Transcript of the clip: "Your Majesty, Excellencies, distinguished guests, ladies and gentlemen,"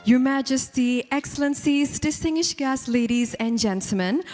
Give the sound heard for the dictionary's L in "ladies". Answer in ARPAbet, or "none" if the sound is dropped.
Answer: L